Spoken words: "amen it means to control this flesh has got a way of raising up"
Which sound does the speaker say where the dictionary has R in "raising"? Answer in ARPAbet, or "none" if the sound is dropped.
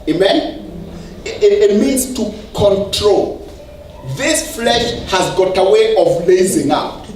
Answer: L